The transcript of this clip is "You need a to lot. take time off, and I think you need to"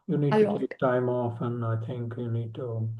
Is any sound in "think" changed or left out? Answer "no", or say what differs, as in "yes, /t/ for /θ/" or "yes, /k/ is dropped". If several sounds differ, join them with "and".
no